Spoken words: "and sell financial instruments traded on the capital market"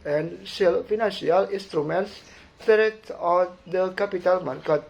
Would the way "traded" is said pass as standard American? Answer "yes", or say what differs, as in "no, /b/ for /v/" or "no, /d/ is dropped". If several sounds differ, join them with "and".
no, /ɹ/ is dropped